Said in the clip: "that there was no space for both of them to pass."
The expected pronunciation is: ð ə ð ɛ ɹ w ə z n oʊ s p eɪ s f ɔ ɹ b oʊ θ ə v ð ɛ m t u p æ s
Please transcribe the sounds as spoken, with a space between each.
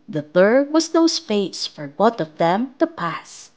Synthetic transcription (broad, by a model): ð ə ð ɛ ɹ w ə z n oʊ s f eɪ s f ɔ ɹ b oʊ t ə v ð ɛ m t u p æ s